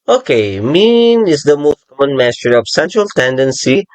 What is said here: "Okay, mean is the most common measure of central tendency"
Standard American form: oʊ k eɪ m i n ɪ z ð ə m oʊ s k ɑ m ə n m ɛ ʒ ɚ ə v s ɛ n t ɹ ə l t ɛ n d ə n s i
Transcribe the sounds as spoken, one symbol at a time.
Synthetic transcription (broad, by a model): oʊ k eɪ m i n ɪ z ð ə m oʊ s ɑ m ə n m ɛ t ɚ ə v s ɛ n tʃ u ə l t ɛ n d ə n s i